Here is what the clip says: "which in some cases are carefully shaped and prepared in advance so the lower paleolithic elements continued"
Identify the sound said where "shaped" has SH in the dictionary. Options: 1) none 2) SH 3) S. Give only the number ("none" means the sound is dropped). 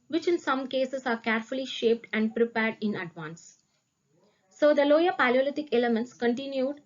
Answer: 2